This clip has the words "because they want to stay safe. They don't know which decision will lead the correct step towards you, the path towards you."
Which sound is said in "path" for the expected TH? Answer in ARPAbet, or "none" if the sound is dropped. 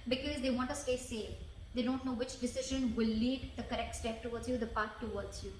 T